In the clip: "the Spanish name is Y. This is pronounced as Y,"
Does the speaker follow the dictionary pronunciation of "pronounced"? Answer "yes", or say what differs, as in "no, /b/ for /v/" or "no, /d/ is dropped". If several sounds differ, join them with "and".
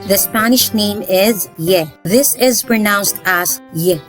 yes